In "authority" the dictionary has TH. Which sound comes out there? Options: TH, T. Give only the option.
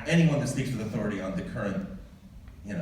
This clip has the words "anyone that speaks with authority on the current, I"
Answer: TH